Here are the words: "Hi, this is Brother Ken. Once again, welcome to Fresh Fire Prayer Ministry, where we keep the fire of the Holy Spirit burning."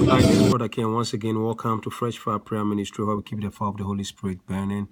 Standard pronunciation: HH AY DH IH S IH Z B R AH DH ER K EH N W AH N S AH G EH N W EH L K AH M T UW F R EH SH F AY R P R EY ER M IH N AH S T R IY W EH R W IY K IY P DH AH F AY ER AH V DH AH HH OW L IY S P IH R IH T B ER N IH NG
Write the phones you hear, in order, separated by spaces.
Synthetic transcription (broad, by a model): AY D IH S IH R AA K EH N W AH N S AH G EH N W EH L K AH M T UW F R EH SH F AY P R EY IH M IH N AH S T R IY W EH W IY K IY P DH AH F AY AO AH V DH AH HH OW L IY S P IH R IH T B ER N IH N